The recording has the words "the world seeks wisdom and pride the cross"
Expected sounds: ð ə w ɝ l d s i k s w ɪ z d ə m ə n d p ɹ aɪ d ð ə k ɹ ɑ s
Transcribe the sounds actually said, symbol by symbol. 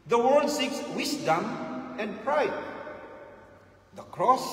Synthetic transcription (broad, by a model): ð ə w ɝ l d s i k s w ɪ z d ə m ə n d p ɹ aɪ d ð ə k ɹ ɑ s